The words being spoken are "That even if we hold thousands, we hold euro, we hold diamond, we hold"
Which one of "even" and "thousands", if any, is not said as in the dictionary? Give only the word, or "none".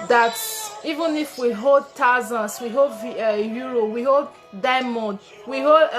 thousands